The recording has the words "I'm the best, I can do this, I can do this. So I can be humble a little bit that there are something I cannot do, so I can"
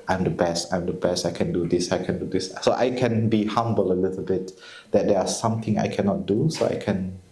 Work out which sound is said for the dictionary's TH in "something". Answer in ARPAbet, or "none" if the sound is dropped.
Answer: T